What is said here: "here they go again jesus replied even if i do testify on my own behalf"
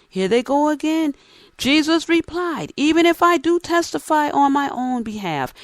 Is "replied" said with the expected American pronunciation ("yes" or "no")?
yes